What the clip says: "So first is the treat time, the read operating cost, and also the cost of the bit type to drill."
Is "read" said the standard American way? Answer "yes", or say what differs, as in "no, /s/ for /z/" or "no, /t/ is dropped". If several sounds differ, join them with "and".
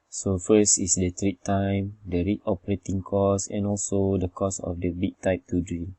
no, /d/ is dropped